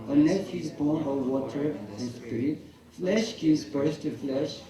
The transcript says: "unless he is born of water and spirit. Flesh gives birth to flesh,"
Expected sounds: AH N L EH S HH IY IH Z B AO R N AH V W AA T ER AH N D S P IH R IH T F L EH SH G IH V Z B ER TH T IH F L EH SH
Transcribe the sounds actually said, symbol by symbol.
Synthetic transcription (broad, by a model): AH N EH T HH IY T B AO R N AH W AA T ER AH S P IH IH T F L EH SH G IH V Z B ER S T IH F L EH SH